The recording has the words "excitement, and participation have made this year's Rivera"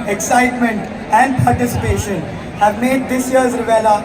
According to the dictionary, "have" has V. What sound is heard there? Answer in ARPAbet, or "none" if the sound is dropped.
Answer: V